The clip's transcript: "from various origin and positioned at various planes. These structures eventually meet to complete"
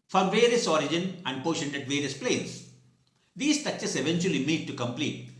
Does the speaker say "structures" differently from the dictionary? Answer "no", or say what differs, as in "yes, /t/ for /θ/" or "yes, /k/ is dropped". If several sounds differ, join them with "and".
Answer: yes, /ɹ/ is dropped and /s/ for /z/